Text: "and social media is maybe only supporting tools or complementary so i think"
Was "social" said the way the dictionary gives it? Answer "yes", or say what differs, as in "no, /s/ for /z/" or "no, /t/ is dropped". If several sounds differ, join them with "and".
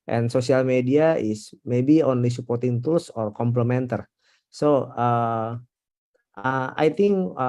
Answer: no, /s/ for /ʃ/